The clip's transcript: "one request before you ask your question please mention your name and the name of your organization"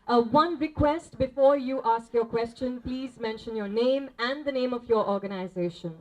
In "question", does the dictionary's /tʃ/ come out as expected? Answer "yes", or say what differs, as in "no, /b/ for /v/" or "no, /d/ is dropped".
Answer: yes